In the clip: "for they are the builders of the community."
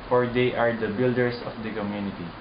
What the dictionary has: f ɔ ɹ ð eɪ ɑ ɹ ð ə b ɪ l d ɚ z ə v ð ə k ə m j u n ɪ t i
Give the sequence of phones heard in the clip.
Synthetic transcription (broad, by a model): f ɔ ɹ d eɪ ɑ ɹ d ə b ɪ l d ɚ s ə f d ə k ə m j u n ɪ t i